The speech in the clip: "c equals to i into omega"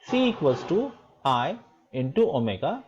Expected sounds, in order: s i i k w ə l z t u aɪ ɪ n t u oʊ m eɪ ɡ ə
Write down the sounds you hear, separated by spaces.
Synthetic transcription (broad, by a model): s i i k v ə z t u aɪ ɪ n t u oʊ m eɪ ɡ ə